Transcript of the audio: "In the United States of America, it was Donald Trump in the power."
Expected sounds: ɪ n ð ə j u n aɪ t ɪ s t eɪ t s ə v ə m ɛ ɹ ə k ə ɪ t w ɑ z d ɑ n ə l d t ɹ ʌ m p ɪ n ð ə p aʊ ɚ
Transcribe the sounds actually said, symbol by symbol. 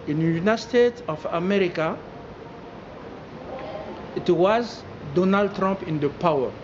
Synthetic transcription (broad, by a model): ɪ n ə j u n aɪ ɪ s t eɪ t ə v ə m ɛ ɹ ə k ə ɪ t w ɑ z d ɑ n ə l d t ɹ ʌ m p ɪ n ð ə p aʊ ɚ